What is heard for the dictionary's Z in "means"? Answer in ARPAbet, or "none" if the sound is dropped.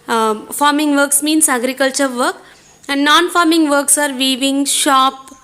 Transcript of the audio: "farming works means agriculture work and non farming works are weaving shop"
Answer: S